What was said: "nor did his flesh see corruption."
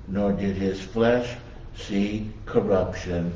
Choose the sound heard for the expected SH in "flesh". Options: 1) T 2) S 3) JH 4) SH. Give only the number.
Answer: 4